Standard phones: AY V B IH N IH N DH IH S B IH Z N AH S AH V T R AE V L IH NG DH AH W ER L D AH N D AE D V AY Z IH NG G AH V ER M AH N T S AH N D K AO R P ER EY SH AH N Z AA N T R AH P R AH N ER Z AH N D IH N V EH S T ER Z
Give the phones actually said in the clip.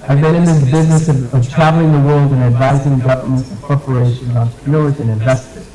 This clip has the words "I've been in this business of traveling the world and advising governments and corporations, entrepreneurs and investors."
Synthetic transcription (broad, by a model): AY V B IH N IH N DH IH S B IH Z N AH S AH V T R AE V L IH NG DH AH W ER L D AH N AE D V AY Z IH NG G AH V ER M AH N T S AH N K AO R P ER EY SH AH N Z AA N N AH R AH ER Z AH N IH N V EH S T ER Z